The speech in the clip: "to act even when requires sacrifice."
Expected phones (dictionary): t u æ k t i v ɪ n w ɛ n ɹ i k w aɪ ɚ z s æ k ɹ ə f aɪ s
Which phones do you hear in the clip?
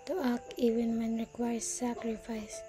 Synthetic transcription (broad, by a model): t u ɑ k i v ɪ n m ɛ n ɹ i k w aɪ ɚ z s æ k ɹ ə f aɪ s